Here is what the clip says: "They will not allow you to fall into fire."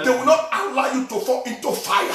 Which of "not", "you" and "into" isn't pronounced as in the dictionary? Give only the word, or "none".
none